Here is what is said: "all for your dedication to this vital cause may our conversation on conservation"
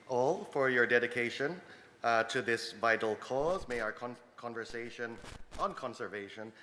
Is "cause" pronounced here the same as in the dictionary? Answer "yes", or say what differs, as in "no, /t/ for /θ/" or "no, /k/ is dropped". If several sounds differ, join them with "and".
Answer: yes